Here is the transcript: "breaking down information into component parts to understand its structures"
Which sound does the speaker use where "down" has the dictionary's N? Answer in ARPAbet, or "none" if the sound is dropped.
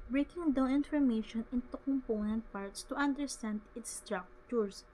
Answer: none